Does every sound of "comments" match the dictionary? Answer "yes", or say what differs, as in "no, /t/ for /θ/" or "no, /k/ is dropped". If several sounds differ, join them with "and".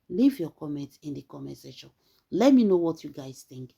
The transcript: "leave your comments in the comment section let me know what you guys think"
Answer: no, /s/ is dropped